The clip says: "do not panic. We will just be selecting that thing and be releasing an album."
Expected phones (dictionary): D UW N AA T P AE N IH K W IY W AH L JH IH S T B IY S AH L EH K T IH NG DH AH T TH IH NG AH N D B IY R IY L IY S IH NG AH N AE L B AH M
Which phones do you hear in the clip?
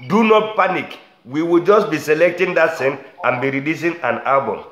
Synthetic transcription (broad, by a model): D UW N AA T P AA N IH K W IY W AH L JH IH S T B IY S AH L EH K T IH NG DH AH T S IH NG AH N B IY R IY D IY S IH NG AH N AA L B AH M